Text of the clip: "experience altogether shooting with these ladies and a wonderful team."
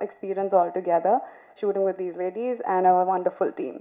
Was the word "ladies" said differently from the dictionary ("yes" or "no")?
no